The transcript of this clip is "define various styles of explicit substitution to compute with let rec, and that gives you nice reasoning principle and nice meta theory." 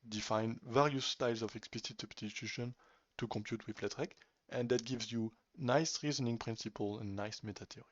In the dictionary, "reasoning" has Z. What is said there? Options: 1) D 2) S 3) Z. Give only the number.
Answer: 3